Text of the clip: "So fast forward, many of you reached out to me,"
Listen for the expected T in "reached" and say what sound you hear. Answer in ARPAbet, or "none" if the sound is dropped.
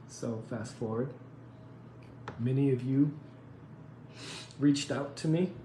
T